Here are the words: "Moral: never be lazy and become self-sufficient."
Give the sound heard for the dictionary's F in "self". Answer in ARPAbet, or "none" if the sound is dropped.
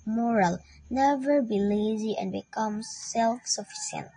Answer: F